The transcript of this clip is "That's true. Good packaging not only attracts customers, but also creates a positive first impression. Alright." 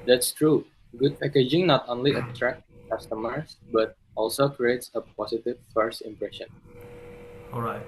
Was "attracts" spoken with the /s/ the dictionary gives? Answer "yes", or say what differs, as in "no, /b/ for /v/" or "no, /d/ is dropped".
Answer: no, /s/ is dropped